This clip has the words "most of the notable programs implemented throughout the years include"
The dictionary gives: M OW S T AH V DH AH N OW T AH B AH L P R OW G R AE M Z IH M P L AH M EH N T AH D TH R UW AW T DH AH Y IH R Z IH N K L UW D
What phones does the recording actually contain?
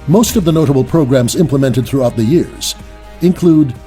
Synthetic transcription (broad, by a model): M OW S T AH V DH AH N OW T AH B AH L P R OW G R AE M Z IH M P L AH M EH N T AH D TH R UW AW T DH AH Y IH R Z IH N K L UW D